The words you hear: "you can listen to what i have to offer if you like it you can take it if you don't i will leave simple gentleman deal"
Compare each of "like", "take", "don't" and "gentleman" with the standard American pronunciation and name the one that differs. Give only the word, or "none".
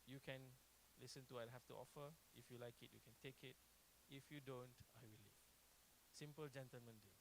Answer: none